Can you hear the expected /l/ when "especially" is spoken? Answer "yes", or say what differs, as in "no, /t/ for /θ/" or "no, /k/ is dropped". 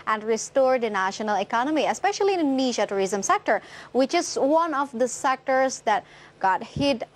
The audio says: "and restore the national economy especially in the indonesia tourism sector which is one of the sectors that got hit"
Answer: no, /l/ is dropped